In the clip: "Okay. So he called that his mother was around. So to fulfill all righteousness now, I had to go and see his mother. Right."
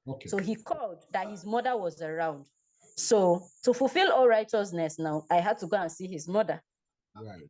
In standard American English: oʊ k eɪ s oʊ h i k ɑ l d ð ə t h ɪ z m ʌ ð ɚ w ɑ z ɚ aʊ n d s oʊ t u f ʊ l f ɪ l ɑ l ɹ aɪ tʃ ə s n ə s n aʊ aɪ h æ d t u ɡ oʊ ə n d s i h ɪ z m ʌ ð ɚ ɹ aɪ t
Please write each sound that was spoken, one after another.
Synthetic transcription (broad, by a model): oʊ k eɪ s oʊ h i k ɑ l d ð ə t h ɪ z m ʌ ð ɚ w ɑ z ɚ aʊ n d s oʊ t u f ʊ l f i l ɑ l ɹ aɪ tʃ ə s n ə s n aʊ aɪ h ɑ d t u ɡ oʊ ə n s i h ɪ z m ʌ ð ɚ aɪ